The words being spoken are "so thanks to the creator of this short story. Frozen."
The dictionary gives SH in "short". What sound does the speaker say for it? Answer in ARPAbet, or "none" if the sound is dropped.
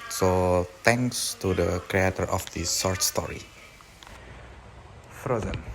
S